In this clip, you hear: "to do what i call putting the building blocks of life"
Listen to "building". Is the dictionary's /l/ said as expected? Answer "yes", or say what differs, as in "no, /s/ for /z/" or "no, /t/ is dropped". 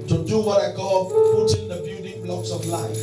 no, /l/ is dropped